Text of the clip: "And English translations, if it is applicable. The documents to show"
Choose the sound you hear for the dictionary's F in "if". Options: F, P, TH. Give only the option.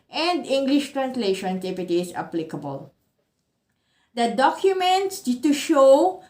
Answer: P